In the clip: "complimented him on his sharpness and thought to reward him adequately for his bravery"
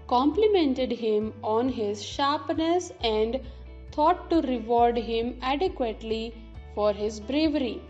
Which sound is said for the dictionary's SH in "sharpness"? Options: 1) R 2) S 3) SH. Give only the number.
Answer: 3